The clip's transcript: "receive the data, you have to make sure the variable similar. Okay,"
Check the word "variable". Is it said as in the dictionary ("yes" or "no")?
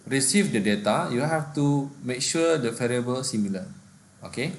no